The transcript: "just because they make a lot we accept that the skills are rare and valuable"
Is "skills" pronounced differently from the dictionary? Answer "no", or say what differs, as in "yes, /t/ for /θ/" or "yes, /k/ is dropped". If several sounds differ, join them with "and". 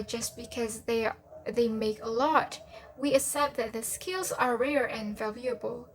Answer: no